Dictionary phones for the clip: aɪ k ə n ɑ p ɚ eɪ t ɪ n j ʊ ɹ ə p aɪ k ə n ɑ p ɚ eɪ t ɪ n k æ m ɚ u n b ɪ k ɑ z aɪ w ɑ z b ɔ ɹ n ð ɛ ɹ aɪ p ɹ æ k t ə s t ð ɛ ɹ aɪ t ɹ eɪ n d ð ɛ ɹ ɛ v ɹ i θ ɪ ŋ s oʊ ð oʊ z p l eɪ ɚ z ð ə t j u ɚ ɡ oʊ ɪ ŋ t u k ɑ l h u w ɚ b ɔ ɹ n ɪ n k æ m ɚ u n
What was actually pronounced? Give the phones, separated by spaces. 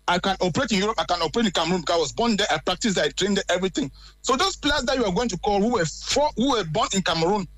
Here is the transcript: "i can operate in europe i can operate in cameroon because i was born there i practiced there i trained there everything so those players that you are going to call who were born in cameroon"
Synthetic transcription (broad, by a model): aɪ k ə n ɑ p ɚ eɪ t ɪ n j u ɹ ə p aɪ k ə n ɑ p ɚ eɪ t ɪ n k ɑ m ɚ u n b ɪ k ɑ s aɪ w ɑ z b ɔ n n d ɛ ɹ aɪ p ɹ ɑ k t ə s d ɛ aɪ t ɹ eɪ n d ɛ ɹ ɛ v ɹ i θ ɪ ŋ s oʊ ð oʊ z p l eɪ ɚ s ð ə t j u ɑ ɡ oʊ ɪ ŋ t u k ɑ l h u w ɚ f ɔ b n ɪ n k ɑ m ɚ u n